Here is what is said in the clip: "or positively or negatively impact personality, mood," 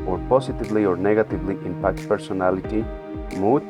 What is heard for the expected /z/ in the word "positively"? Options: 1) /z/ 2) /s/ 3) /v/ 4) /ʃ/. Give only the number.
2